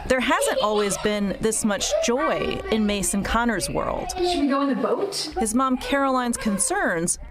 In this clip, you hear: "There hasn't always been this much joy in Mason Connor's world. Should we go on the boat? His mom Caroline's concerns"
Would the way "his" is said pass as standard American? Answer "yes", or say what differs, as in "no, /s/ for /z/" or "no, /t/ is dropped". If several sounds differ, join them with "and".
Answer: yes